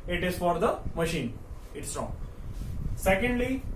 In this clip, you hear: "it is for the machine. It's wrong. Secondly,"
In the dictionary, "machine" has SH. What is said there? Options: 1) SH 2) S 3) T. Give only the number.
1